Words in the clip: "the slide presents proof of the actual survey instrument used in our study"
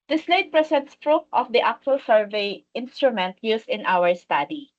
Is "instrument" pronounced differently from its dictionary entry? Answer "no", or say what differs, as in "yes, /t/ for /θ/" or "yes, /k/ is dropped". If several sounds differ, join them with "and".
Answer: no